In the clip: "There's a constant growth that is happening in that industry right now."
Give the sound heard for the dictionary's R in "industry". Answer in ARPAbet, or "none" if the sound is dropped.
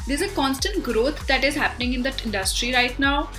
R